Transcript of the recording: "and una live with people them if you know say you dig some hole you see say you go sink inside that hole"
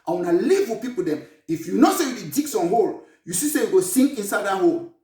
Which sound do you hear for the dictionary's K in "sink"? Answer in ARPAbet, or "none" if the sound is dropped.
none